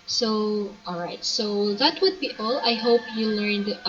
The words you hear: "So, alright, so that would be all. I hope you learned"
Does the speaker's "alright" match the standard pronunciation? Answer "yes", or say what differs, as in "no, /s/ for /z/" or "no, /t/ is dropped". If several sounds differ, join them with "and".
yes